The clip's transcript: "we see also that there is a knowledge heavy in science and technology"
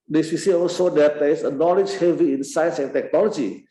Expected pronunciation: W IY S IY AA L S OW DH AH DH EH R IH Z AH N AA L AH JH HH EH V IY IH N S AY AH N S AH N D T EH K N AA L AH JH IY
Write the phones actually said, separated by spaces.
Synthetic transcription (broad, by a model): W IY S IY AA L S OW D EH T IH S AH N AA L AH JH HH EH V IY IH N S AY AH N S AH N T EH K N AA L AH JH IY